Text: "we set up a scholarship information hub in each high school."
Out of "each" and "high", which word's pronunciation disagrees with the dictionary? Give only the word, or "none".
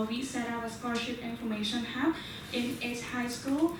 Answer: each